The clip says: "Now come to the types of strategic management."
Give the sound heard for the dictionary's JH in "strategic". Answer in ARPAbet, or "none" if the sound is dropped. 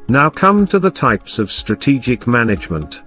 JH